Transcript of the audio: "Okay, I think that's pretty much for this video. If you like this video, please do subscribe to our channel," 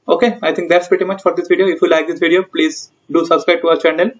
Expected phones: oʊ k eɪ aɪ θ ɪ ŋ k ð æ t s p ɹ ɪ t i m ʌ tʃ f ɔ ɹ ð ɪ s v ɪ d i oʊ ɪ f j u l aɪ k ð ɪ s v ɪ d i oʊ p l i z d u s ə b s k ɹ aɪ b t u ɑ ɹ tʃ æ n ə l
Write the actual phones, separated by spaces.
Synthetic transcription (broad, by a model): oʊ k eɪ aɪ t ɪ ŋ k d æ t s p ɹ ɪ t i m ʌ tʃ f ɔ ɹ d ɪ s v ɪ d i oʊ ɪ f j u l aɪ k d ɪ s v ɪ d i oʊ p l i z d u s ə b s k ɹ aɪ b t u ɑ ɹ tʃ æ n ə l